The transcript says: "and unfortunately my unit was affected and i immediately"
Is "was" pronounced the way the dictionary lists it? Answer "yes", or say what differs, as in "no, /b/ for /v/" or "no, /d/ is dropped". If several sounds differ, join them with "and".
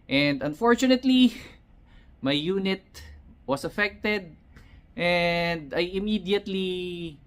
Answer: no, /s/ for /z/